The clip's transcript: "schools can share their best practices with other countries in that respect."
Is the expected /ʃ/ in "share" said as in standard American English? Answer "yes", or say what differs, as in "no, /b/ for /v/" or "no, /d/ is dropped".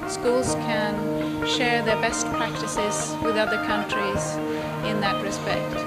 yes